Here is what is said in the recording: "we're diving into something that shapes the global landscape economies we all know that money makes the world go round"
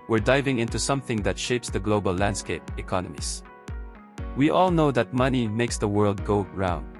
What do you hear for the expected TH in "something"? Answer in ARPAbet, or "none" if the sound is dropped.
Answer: TH